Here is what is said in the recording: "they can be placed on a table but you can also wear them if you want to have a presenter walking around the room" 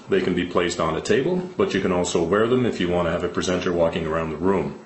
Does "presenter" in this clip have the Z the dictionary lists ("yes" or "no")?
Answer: yes